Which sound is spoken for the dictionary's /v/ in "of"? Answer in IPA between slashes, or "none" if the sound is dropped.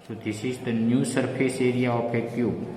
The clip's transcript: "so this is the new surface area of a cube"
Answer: /p/